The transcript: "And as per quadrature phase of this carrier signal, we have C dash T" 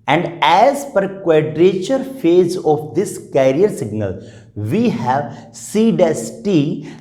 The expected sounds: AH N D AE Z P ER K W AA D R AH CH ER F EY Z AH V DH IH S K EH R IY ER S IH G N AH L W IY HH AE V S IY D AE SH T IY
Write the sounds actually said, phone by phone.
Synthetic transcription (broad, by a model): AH N D AE Z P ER K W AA D R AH CH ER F EY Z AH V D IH S K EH R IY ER S IH G N AH L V IY HH AE V S IY D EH S T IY